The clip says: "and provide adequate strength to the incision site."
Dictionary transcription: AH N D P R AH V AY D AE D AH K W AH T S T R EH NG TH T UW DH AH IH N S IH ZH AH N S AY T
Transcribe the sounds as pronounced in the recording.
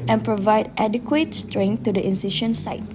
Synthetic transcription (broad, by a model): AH N P R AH V AY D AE D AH K W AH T S T R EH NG T UW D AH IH N S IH SH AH N S AY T